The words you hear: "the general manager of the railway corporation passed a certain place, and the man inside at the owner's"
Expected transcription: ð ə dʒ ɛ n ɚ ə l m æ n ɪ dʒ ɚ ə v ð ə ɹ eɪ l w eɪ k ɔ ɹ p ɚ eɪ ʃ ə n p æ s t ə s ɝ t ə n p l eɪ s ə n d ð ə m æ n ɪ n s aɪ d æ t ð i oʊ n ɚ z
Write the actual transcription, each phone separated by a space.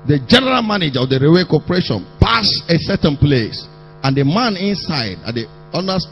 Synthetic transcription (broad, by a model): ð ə dʒ ɛ n ɚ ə l m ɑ n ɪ dʒ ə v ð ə ɹ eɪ w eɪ k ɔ p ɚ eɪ ʃ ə n p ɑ s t ə s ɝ t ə n p l eɪ s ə n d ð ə m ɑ n ɪ n s aɪ d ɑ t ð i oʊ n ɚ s